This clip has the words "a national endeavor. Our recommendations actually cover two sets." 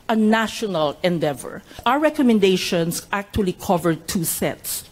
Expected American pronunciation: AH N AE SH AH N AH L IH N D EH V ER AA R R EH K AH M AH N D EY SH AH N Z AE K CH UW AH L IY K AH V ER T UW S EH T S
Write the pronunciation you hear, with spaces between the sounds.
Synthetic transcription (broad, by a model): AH N AE SH AH N AH L IH N D EH V ER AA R R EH K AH M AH N D EY SH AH N S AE K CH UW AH L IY K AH V ER T UW S EH T S